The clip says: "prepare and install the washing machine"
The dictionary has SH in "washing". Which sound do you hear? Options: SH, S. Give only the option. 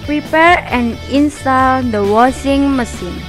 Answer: S